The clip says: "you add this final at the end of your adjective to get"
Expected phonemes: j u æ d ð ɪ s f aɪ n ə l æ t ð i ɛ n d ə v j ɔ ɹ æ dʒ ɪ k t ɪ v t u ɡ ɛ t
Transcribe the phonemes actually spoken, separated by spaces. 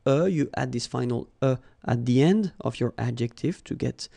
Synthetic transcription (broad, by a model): j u æ d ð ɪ s f aɪ n ə l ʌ t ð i ɛ n d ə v j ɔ ɹ æ dʒ ɪ k t ɪ v t u ɡ ɛ t